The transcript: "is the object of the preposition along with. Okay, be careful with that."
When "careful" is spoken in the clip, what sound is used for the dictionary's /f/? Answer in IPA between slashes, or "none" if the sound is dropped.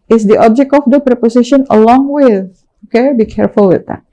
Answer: /f/